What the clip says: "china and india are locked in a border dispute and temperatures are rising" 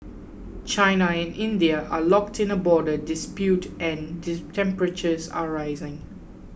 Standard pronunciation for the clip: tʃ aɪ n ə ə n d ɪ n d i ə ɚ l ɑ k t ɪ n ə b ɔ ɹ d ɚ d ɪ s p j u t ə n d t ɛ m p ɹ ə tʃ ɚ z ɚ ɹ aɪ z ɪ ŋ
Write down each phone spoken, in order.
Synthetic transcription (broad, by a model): tʃ aɪ n ə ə n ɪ n d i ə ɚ l ɑ k t ɪ n ə b ɔ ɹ d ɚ d ɪ s p j u t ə n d t ɛ m p ɹ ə tʃ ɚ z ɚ ɹ aɪ z ɪ ŋ